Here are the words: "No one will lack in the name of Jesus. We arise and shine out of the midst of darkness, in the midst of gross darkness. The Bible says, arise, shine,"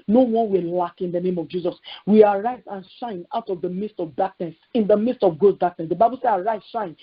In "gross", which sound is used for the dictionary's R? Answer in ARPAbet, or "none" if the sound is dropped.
none